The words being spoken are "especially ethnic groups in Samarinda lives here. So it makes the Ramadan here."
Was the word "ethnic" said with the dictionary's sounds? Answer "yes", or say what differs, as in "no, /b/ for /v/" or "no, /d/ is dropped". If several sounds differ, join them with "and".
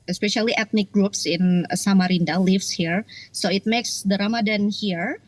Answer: no, /t/ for /θ/